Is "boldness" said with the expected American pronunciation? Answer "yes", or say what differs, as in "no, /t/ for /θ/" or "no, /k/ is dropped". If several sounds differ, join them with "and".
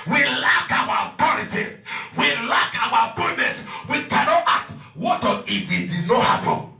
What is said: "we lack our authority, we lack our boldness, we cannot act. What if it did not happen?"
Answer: no, /l/ is dropped